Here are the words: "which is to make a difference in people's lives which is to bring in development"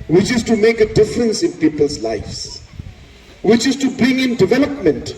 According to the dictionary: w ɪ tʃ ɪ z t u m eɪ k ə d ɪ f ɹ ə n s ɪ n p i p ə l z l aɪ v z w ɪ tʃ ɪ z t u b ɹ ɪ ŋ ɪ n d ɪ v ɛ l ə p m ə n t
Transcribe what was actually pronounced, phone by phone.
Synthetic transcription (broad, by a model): w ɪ tʃ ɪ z t u m eɪ k ə d ɪ f ɹ ə n s ɪ n p i p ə l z l aɪ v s w ɪ tʃ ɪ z t u b ɹ ɪ ŋ ɪ n d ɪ v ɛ l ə p m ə n t